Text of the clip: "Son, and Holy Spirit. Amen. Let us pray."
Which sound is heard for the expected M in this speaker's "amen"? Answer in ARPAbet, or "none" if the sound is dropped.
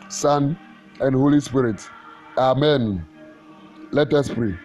M